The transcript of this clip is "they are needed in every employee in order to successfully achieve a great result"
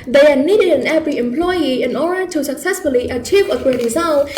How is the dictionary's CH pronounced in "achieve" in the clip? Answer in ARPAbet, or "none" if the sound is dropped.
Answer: CH